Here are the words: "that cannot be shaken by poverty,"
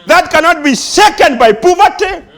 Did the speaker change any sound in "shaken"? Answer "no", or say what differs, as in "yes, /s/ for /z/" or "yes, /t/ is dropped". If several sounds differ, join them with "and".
yes, /s/ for /ʃ/